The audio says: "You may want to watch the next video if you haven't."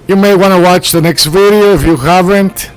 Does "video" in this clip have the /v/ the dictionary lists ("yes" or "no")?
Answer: yes